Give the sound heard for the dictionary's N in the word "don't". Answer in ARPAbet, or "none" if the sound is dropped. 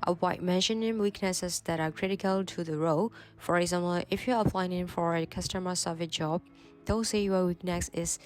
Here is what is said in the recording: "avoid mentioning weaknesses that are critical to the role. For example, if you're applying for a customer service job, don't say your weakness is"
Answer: L